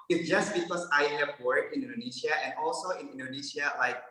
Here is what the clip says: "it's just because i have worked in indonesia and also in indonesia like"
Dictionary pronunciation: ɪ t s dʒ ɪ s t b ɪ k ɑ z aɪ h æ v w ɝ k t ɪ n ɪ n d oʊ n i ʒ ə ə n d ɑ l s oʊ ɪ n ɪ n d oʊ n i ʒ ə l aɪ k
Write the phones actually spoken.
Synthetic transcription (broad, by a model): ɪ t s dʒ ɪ s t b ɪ k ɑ s aɪ h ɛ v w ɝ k ɪ n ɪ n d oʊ n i ʃ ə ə n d ɑ l s oʊ ɪ n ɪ n d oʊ n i ʃ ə l aɪ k